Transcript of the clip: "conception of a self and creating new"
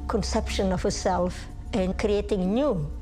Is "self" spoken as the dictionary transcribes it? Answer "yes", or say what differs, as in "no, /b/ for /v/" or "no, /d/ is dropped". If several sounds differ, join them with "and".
yes